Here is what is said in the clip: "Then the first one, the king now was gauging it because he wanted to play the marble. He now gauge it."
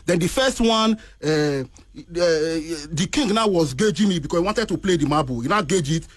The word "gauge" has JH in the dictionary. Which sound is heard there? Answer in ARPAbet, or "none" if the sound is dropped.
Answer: JH